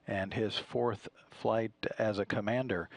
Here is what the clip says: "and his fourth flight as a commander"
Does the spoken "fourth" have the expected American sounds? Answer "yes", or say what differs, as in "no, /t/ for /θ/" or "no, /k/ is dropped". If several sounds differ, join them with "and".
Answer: yes